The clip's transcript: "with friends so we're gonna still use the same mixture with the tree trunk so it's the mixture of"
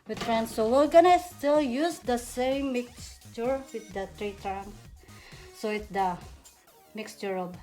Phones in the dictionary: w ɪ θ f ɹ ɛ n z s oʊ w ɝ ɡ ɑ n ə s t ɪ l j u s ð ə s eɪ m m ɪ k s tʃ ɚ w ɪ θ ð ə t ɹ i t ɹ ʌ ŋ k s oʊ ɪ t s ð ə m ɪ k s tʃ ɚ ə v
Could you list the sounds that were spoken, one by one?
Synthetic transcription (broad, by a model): w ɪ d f ɹ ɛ n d s oʊ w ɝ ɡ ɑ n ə s t ɪ l j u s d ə s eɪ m m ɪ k s tʃ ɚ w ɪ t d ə t ɹ i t ɹ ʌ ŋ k s oʊ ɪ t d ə m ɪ k s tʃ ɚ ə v